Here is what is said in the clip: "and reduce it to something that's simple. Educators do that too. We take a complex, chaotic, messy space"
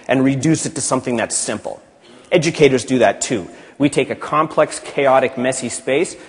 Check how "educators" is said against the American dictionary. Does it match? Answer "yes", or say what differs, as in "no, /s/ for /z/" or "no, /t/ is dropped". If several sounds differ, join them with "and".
yes